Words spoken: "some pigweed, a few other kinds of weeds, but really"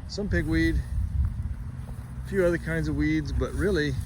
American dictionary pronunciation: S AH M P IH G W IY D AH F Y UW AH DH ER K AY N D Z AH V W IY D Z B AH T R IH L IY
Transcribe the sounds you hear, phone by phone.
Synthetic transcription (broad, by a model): S AH M P IH G W IY D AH F Y UW AH DH ER K AY N D Z AH V W IY D Z B AH T R IH L IY